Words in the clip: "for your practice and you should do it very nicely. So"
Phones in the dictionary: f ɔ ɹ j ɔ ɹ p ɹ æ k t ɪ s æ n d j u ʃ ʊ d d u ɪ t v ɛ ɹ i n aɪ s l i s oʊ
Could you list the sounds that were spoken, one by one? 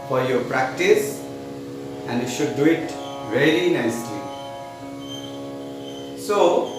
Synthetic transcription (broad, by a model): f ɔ ɹ j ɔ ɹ p ɹ æ k t ɪ s æ n d j u ʃ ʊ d d u ɪ t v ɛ l i n aɪ s l i s oʊ